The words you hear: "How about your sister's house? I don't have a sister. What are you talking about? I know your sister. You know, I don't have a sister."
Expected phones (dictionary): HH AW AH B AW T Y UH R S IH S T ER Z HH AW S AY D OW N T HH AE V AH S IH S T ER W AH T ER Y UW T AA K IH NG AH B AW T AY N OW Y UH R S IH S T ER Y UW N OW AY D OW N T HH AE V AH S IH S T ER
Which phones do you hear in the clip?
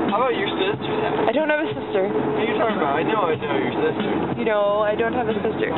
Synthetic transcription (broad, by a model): HH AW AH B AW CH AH R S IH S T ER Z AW AY D OW N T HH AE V AH S IH S T ER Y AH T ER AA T AA IH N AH UH AY N OW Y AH R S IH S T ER Y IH N OW AY D OW N T HH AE V AH S IH S T ER